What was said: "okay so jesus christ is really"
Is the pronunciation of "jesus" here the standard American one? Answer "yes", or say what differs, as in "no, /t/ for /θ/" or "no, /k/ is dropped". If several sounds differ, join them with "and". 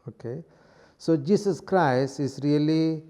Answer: no, /s/ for /z/